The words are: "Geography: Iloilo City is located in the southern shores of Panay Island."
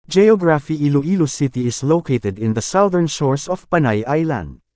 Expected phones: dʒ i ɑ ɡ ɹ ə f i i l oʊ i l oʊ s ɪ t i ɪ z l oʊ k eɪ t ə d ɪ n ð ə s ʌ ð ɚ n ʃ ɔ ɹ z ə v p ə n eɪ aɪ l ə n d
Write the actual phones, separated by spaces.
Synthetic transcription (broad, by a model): dʒ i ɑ ɡ ɹ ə f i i l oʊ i l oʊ s ɪ t i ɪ s l oʊ k eɪ t ə d ɪ n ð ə s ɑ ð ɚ n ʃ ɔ ɹ s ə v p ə n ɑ aɪ l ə n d